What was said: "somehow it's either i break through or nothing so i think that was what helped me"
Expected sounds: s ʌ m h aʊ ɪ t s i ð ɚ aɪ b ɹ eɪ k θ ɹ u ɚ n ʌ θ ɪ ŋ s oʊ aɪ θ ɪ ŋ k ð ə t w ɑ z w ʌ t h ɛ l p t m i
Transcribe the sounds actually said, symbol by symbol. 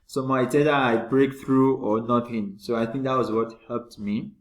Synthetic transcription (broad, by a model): s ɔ m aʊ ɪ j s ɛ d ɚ aɪ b ɹ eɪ k t ɹ u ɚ n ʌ t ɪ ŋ s oʊ aɪ t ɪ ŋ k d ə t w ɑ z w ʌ t h ɛ l p t m i